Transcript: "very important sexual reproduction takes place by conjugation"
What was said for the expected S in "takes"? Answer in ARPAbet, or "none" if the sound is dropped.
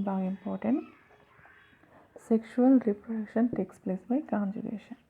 S